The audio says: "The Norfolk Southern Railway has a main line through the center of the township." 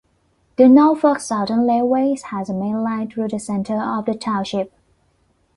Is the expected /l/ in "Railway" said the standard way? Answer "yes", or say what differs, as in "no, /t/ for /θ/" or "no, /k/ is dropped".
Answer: no, /l/ is dropped